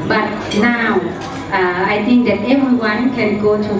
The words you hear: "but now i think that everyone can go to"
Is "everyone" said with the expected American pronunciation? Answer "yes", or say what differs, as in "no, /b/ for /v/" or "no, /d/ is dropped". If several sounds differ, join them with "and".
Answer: no, /ɹ/ is dropped